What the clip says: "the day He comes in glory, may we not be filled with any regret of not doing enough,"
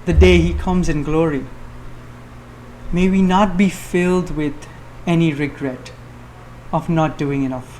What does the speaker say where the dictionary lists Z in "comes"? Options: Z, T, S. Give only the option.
Z